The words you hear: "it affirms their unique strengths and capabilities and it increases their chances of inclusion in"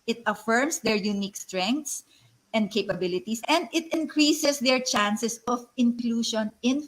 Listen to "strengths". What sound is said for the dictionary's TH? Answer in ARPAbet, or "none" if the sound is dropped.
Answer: T